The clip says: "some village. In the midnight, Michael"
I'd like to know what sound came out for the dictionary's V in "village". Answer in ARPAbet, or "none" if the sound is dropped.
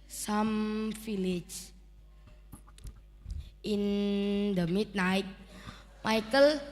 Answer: F